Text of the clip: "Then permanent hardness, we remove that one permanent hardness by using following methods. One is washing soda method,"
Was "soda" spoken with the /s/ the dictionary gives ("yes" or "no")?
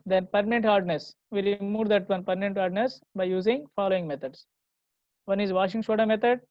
no